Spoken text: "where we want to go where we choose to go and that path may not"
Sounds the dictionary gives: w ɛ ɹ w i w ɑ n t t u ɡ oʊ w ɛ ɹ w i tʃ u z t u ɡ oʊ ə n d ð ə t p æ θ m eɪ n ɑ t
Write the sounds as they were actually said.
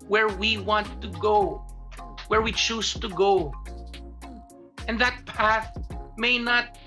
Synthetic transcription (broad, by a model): w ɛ ɹ w i w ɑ n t t u ɡ oʊ w ɛ ɹ w i tʃ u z t u ɡ oʊ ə n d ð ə t p æ θ m eɪ n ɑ t